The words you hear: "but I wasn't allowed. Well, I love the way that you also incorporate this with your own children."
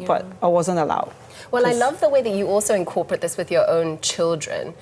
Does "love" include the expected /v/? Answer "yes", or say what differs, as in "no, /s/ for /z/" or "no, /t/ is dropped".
yes